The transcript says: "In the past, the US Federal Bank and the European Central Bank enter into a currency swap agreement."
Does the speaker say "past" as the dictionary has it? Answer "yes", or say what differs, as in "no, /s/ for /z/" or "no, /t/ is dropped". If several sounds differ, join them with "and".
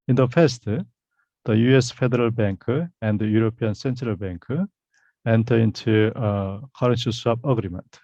no, /f/ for /p/